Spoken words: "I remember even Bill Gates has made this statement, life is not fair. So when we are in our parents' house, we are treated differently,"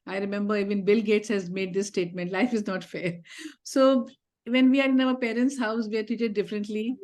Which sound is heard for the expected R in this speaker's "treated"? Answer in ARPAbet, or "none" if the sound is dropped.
none